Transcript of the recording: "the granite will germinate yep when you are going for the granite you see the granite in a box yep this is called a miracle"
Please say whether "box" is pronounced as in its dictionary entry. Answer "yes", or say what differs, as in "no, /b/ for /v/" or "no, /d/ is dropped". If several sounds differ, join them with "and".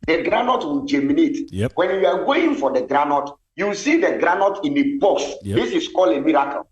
no, /k/ is dropped